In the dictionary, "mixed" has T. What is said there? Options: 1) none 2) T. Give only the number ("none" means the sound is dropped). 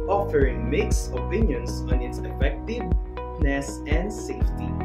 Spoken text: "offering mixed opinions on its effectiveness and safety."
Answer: 1